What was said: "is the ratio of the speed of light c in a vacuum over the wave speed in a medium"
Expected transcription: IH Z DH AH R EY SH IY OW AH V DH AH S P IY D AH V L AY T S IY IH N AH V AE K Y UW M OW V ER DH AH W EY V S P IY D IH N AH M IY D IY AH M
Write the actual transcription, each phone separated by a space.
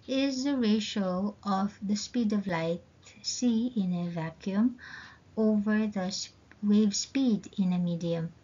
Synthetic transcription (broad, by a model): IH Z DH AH R EY SH OW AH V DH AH S P IY D AH V L AY T S IY IH N AH V AE K Y UW M OW V ER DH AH W EY V S P IY D IH N AH M IY D IY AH M